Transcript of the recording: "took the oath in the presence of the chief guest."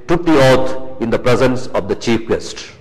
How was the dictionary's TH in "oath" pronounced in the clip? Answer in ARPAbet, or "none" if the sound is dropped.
T